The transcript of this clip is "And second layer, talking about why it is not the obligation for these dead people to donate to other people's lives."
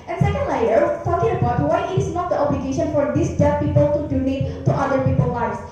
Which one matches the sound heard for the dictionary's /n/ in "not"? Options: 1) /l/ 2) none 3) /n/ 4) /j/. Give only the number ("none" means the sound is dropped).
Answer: 3